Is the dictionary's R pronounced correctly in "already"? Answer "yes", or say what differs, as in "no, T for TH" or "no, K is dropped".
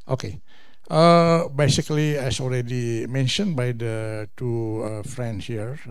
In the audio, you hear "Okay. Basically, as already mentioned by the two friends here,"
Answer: no, L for R